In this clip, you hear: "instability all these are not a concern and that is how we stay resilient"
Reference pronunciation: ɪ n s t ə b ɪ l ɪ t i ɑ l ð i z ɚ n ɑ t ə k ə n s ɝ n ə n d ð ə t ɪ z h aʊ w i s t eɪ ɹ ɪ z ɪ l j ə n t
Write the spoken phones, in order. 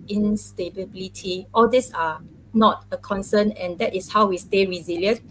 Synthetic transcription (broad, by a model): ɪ n s t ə b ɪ l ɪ t i ɑ l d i s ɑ n ɑ t ə k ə n s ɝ n ə n d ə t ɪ s h aʊ w i s t eɪ ɹ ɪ z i l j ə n